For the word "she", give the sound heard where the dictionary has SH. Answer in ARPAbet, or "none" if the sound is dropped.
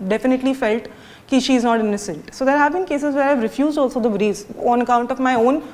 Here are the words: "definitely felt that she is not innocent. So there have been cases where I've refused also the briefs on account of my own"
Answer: SH